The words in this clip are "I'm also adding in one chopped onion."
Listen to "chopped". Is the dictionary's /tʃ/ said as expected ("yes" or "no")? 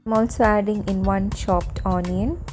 no